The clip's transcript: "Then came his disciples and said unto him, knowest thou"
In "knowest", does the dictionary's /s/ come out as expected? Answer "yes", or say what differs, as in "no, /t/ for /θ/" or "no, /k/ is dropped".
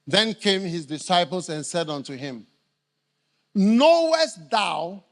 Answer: yes